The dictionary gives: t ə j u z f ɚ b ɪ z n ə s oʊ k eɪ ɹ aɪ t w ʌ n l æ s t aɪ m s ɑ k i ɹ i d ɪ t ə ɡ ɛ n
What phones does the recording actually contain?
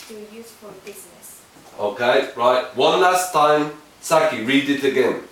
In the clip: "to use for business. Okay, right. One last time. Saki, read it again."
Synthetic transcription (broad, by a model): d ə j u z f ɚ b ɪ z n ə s oʊ k eɪ ɹ aɪ t w ʌ n l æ s t aɪ m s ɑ k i ɹ i d ɪ t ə ɡ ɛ n